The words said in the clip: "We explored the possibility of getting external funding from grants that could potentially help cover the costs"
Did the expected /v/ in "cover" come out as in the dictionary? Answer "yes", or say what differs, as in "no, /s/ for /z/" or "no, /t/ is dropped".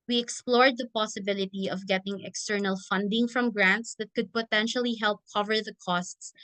yes